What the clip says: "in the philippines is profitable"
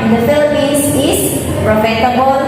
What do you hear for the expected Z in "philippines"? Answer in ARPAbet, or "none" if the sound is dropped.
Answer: S